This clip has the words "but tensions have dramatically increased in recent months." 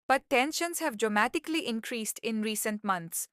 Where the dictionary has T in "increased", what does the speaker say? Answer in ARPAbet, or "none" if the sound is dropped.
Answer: T